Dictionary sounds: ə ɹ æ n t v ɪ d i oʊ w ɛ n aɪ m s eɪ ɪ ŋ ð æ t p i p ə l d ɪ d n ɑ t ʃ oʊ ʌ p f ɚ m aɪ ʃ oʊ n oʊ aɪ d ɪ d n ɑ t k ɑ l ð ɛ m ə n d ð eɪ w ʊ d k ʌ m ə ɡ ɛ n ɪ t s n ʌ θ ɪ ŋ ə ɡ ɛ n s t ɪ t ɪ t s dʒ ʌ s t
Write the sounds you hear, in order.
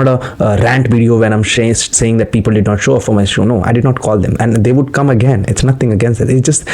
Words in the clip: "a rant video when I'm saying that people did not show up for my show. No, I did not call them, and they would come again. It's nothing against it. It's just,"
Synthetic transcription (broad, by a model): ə ɹ æ n t v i d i oʊ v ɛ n aɪ m s eɪ ɪ ŋ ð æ t p i p ə l d ɪ d n ɑ t ʃ oʊ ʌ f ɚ m aɪ ʃ oʊ n oʊ aɪ d ɪ d n ɑ t k ɑ l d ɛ m ə n d eɪ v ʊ d k ʌ m ə ɡ ɛ n ɪ t s n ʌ t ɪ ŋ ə ɡ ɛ n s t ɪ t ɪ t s dʒ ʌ s t